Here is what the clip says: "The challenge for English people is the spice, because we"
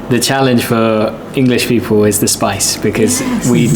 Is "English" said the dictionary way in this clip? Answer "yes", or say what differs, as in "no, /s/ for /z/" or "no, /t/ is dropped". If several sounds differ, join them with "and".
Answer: yes